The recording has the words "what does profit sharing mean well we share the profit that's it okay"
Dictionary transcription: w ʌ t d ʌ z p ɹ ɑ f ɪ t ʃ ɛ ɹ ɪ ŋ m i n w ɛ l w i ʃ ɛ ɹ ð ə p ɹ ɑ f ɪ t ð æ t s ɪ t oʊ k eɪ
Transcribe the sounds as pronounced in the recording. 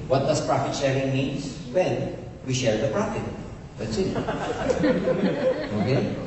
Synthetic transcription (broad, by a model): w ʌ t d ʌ s p ɹ ɑ f ɪ t ʃ ɛ ɹ ɪ ŋ m i n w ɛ n w i ʃ ɛ ɹ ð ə p ɹ ɑ f ɪ t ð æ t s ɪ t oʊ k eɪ